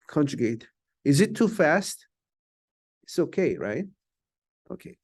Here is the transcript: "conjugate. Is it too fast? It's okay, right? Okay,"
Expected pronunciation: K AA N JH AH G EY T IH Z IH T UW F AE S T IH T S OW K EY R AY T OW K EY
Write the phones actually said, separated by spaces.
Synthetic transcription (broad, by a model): K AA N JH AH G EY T IH Z IH T UW F AE S T IH T S OW K EY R AY T OW K EY